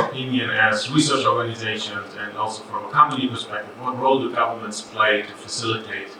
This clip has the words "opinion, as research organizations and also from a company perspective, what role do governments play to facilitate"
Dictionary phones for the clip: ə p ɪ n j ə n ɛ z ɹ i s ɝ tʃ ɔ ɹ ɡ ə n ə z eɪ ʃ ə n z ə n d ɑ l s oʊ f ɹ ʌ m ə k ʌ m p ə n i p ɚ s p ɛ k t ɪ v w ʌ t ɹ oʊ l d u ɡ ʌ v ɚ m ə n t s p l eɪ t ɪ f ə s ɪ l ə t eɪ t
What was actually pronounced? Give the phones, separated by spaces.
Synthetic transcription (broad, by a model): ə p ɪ n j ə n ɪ z ɹ i s ɝ tʃ ɔ ɹ ɡ ə n ə z eɪ ʃ ə n z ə n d ɑ l s oʊ f ɹ ʌ m ə k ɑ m ə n i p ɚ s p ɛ k t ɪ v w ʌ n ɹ oʊ l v ɡ ʌ v ɚ m ə n t s p l eɪ t ɪ f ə s ɪ l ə t eɪ t